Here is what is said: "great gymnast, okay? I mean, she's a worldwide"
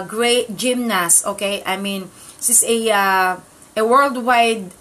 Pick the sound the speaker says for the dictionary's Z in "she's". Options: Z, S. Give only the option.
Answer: S